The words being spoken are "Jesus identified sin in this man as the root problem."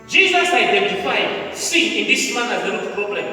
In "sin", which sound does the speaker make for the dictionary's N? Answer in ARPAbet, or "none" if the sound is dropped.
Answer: none